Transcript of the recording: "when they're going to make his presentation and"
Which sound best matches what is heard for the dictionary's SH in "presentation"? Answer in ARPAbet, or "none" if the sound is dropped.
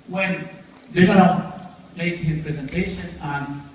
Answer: SH